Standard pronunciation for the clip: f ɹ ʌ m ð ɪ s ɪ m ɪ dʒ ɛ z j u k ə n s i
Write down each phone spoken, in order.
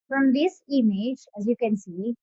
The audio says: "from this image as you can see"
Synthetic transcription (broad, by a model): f ɹ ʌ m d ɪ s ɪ m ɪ dʒ ɛ z j u k ə n s i